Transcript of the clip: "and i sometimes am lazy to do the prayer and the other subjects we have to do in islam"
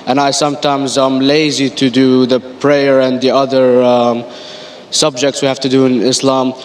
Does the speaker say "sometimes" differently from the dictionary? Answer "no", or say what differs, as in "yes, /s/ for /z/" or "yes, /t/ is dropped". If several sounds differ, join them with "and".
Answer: no